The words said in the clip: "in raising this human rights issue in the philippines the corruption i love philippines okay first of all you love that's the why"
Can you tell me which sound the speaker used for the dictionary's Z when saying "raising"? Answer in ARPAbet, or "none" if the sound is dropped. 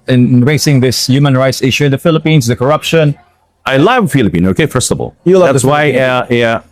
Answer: S